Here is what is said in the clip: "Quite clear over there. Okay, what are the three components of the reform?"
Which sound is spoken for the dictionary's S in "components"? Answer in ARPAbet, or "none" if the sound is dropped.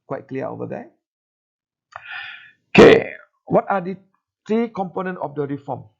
none